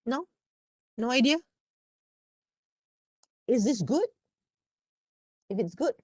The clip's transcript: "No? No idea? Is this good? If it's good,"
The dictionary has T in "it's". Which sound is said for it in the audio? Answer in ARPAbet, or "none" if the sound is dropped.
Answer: T